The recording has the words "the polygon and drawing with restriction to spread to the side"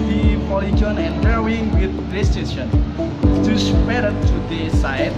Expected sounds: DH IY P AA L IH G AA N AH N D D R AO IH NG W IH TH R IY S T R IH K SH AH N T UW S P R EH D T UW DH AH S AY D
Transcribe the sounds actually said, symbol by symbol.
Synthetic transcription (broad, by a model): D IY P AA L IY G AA N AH N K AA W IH NG W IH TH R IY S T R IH SH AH N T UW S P EH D T UW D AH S AY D